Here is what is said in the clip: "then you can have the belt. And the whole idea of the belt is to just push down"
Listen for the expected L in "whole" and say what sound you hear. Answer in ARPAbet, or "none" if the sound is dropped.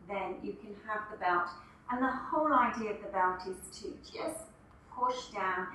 L